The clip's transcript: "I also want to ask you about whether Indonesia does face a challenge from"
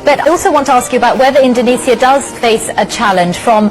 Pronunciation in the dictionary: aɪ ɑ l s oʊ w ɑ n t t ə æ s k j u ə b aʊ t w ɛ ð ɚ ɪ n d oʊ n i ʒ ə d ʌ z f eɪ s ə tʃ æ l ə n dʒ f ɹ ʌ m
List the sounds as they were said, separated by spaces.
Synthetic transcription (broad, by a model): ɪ ɑ l s oʊ w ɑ n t t ə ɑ s k j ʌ ə b aʊ t w ɛ ð ɚ ɪ n d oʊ n i s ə d ʌ z f eɪ s ə tʃ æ l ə n ʒ f ɹ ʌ m